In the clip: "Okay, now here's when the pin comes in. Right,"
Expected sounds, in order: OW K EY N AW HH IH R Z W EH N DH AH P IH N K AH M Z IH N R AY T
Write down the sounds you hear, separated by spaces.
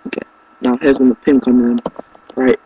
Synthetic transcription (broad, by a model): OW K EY N AW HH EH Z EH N DH AH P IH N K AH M IH N R AY T